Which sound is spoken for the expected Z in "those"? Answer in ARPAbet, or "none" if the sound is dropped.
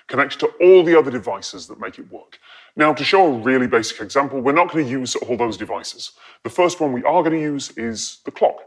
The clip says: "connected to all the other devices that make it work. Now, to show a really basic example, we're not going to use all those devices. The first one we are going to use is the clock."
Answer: Z